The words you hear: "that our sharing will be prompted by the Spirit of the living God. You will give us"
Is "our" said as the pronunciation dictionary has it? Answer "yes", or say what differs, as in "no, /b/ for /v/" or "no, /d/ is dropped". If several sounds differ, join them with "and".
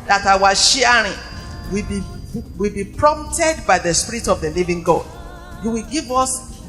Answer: no, /w/ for /ɹ/